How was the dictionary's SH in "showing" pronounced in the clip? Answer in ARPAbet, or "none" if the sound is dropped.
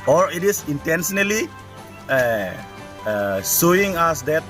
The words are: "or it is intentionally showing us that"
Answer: S